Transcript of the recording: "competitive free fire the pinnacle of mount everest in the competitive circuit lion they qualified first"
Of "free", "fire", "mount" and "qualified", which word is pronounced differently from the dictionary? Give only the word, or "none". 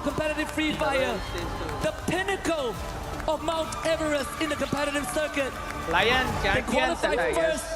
qualified